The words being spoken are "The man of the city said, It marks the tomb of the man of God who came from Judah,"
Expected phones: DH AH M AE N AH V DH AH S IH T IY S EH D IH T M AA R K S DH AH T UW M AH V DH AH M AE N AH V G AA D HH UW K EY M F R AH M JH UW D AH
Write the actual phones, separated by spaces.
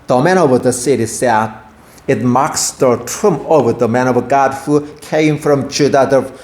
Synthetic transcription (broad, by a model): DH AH M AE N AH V DH AH S IH T IY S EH IH T M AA K S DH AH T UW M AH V DH AH M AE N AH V G AA D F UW K EY M F R AH M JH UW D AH